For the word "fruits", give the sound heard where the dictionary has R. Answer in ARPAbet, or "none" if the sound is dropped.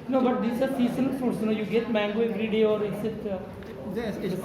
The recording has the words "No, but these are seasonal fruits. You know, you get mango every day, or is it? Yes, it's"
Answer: none